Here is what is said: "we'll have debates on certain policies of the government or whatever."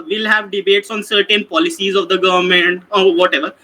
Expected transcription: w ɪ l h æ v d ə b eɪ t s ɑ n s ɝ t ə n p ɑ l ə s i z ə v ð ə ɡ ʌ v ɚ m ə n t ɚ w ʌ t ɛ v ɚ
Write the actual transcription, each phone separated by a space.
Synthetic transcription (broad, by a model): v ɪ l h æ v d ə b eɪ t s ɑ n s ɝ t ə n p ɑ l ə s i z ə v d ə ɡ ʌ v ɚ m ə n t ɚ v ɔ t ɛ v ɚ